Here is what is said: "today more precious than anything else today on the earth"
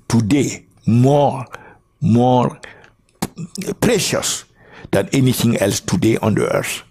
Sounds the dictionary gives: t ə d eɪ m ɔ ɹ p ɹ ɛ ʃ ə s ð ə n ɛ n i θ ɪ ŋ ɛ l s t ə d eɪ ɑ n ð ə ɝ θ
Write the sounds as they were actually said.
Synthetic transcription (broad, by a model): t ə d eɪ m ɔ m p ɹ ɛ ʃ ə s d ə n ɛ n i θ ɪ ŋ ɛ l s t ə d eɪ ɑ n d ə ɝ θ